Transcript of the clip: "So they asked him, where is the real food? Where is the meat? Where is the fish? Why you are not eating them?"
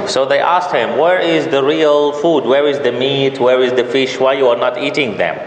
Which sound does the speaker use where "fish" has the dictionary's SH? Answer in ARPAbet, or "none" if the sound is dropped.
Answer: SH